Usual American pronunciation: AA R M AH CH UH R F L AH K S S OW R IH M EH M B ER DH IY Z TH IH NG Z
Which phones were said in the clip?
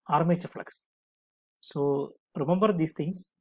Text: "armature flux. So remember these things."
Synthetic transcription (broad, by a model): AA R M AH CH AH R F L AH K S S OW R IH M EH M B ER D IY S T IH NG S